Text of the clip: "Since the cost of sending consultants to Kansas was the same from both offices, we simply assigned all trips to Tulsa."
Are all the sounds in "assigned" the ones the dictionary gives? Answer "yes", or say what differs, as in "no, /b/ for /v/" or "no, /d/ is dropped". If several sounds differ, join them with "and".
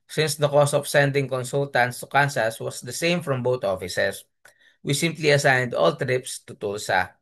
yes